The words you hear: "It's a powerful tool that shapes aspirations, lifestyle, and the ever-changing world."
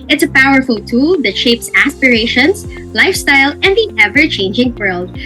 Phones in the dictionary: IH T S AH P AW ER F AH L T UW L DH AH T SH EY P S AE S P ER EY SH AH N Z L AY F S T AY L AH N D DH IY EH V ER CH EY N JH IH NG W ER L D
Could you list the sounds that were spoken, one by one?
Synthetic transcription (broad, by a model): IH T S AH P AW ER F AH L T UW L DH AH T SH EY P S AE S P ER EY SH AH N S L AY F S T AY L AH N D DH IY EH V ER CH EY N JH IH NG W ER L D